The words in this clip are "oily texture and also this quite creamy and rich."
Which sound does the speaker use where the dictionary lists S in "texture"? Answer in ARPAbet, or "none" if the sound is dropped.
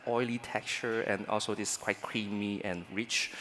none